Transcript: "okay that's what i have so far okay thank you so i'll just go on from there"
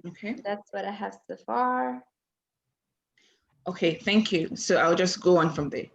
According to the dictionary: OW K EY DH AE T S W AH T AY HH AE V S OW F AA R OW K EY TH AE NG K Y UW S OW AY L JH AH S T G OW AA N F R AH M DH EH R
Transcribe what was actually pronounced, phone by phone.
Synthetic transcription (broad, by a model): OW K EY DH AE T S W AH T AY HH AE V S OW F AA R OW K EY TH AE NG K Y UW S OW AY L JH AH S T G OW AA N F R AH M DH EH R